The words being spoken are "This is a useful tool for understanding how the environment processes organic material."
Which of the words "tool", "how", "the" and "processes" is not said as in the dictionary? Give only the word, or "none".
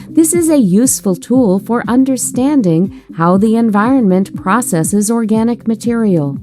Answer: none